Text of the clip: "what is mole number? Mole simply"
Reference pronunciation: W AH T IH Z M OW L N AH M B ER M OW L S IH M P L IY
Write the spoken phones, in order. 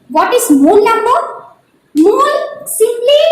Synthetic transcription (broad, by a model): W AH T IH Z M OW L L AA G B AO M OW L S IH M P L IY